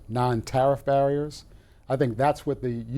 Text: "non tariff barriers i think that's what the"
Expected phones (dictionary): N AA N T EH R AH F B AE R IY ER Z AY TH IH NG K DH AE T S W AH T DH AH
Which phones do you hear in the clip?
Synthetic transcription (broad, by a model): N AA N T EH R AH F B AE R IY ER Z AY TH IH NG K DH AE T S W AH T DH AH